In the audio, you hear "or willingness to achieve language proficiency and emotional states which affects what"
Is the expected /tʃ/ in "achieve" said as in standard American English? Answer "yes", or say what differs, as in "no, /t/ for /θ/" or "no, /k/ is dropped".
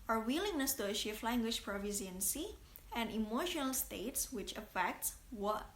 no, /ʃ/ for /tʃ/